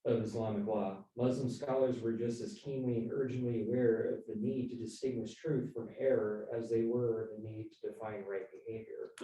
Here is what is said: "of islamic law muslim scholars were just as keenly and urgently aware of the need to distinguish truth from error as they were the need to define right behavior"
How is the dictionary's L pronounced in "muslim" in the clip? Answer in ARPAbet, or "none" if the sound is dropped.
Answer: L